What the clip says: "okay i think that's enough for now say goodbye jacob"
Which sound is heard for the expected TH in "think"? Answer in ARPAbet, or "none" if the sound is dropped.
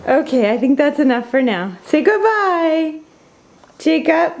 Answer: TH